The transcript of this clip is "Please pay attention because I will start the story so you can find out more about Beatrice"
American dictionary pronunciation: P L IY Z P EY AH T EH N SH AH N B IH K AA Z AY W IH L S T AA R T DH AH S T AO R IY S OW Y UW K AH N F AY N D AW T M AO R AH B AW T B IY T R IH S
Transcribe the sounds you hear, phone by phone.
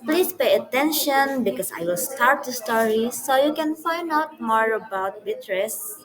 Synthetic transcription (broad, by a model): P L IY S P EY AH T EH N SH AH N B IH K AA S AY W IH L S T AA R T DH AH S T AO R IY S OW Y UW K AH N F AY N D AW T M AO R AH B AW T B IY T R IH S